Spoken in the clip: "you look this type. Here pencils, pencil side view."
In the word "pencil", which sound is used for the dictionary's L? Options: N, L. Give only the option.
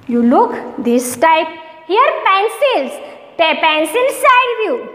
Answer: N